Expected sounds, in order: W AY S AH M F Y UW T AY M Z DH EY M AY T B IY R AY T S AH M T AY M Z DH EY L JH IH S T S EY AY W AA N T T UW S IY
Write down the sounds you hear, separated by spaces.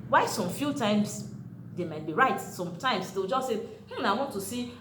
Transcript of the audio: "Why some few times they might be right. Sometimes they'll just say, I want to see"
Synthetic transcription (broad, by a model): W AY S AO M F Y UW T AY M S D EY M AY T B IY R AY T S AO M T AY M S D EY W JH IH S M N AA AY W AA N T T UW S IY